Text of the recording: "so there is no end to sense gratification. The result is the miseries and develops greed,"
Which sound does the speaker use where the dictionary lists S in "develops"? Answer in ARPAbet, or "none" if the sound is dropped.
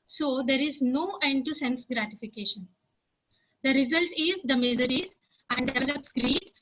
S